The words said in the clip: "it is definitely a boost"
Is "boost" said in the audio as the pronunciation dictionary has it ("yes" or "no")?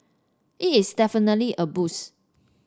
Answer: no